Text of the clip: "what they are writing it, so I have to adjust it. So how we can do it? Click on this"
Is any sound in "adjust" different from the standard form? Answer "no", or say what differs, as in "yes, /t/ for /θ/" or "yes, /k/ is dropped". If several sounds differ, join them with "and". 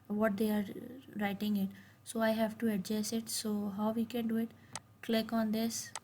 yes, /t/ is dropped